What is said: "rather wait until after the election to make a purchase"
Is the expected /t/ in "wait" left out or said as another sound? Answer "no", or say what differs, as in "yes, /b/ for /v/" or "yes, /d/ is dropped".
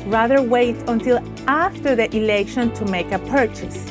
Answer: no